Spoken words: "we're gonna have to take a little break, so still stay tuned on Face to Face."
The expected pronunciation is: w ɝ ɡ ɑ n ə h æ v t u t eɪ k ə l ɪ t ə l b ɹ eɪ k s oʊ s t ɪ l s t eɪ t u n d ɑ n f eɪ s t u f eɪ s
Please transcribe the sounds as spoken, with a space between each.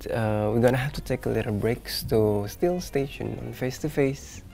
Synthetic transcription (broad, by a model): w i ɡ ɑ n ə h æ f t u t eɪ k ə l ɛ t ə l b ɹ eɪ k s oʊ s t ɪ l s t eɪ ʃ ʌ n ɑ n f eɪ s t u f eɪ s